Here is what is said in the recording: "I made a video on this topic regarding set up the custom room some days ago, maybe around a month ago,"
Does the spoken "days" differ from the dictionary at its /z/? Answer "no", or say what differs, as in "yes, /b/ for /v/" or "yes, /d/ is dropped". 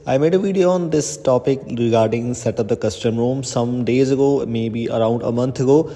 no